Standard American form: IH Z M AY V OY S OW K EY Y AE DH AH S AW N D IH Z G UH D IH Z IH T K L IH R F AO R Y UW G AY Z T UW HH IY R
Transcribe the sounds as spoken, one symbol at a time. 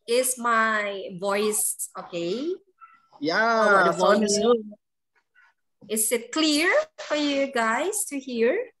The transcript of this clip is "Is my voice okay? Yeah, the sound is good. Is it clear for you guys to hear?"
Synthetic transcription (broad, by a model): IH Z M AY V OY S OW K EY Y AE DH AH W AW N IH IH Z IH T K L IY R F AO R Y UW G AY S T UW HH IY R